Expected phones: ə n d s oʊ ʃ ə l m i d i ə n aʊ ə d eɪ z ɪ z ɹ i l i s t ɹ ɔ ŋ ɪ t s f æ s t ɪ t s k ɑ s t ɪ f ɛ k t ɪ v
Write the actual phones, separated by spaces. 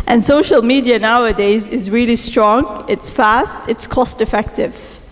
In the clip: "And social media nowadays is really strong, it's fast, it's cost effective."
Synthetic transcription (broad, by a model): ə n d s oʊ ʃ ə l m i d i ə n aʊ ə d eɪ z ɪ z ɹ i l i s t ɹ ɔ ŋ ɪ t s f æ s t ɪ t s k ɑ s t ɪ f ɛ k t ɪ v